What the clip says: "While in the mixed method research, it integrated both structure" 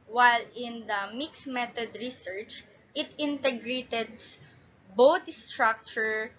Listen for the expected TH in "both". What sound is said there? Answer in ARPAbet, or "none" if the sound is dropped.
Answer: T